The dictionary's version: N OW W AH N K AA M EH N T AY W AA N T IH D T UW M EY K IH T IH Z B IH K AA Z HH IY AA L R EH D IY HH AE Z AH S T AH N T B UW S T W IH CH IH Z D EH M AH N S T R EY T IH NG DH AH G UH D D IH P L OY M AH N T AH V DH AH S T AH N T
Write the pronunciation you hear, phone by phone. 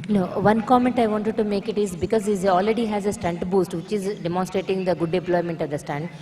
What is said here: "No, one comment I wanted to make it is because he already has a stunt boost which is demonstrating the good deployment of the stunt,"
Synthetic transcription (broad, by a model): N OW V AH N K AA M EH N T AY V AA N T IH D T UW M EY K IH T IH Z B IH K AA Z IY AA L R EH D IY HH AE Z AH S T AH N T B UW S T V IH CH IH Z D EH M AH N S T R EY T IH NG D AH G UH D D IH P L OY M AH N T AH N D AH S T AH N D